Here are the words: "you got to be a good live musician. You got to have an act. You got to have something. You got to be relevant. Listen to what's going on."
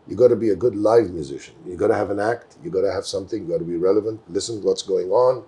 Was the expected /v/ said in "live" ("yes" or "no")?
yes